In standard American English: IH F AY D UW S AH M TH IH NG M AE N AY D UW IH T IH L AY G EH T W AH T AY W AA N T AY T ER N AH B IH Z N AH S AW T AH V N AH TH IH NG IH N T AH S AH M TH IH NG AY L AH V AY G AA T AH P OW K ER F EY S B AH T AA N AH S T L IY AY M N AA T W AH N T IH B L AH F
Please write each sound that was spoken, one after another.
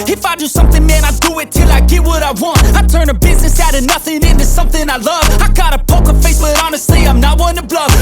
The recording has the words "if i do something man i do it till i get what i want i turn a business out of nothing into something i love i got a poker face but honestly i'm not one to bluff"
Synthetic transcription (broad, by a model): IH F AY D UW S AH M TH IH NG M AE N AY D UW IH T IH L AY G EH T W AH T AY W AA N T AY T ER N AH B IH Z N AH S AW T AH N AH TH IH NG IH N T AH S AH M TH IH NG AY L AH V AY G AA T AH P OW K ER F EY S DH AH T AA N AH S T L IY AY M N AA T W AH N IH B L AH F